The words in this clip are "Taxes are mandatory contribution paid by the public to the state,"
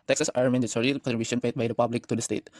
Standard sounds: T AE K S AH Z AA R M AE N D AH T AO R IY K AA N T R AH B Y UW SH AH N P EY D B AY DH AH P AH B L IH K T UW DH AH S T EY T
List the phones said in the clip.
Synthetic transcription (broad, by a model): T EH K S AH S AA R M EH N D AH S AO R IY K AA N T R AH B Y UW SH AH N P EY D B AY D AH P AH B L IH K T UW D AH S T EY T